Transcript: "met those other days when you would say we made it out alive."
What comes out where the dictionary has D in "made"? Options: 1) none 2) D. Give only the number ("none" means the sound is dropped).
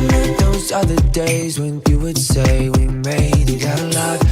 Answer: 1